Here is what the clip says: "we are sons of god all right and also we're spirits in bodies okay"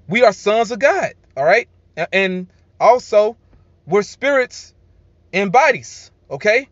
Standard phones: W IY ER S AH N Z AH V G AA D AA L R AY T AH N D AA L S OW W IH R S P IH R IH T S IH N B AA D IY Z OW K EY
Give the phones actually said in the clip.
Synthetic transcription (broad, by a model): W IY ER S AH N Z AH V G AA D AA L R AY T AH N AA L S OW W IH R S P IH R IH T S IH N B AA D IY Z OW K EY